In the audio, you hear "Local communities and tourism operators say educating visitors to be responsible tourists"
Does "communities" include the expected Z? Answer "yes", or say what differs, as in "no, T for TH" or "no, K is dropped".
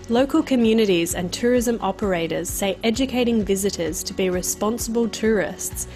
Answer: yes